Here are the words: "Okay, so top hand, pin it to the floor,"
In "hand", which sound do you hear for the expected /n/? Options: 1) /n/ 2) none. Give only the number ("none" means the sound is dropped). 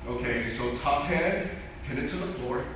2